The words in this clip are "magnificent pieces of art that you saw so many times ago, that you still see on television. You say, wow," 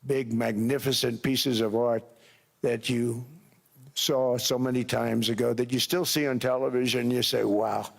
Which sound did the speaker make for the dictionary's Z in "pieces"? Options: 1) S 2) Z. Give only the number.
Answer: 2